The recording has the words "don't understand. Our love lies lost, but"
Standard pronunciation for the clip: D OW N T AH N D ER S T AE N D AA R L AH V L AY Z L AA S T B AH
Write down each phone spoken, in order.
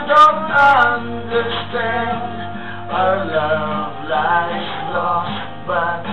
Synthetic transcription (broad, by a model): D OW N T AH N D ER S T AE N D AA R L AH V L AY S L AA S T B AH